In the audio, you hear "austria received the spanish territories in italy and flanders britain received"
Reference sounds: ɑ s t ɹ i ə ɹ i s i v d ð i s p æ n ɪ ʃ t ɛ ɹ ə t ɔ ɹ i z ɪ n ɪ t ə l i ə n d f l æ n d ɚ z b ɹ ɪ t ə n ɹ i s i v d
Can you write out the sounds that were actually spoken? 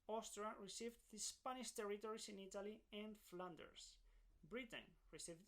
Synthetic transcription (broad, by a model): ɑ s t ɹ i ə ɹ i s i v d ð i s p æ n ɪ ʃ t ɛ ɹ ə t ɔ ɹ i s ɪ n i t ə l i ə n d f l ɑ n d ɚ s b ɹ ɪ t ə n ɹ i s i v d